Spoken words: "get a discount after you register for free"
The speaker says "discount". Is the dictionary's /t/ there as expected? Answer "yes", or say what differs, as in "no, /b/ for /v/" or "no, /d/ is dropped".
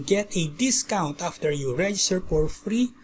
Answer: yes